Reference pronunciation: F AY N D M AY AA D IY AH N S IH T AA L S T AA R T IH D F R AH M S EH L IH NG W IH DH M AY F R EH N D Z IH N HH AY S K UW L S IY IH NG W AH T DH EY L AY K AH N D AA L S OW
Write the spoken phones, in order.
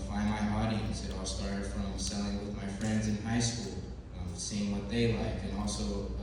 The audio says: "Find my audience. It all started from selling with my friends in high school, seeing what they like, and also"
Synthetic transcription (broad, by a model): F AY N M AY AA D IY AH N S IH T AA L S T AA R T IH D F R AH M S EH L IH NG W IH DH M AY F R EH N D Z IH N HH AY S K UW L S IY IH NG W AH T DH EY L AY K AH N AA L S OW